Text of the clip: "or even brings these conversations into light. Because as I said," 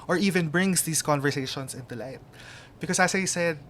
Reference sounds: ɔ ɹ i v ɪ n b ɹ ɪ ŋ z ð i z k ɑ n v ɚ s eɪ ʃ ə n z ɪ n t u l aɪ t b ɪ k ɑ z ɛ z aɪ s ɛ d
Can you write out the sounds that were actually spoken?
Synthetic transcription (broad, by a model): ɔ ɹ i v ɪ n b ɹ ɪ ŋ s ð i s k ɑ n v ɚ s eɪ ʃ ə n s ɪ n t u l aɪ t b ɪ k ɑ s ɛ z aɪ s ɛ d